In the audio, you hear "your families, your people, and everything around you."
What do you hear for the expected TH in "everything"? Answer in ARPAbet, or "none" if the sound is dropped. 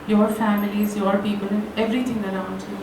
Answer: T